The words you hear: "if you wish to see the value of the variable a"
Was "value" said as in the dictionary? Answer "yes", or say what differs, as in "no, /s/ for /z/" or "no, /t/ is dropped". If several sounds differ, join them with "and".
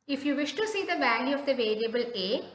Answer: yes